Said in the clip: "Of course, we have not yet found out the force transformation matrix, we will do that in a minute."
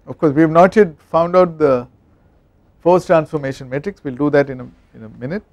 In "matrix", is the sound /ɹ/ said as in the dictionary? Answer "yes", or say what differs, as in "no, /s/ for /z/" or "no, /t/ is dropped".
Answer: yes